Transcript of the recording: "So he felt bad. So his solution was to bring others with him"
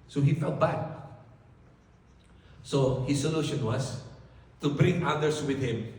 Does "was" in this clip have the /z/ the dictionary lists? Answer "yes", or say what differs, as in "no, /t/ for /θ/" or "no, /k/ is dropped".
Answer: no, /s/ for /z/